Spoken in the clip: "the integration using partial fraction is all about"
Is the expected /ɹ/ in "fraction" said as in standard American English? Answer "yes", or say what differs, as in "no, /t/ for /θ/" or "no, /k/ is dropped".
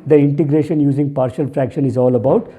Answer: yes